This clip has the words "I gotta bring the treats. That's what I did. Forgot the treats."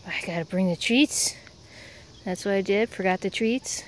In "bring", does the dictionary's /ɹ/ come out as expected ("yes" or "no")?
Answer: yes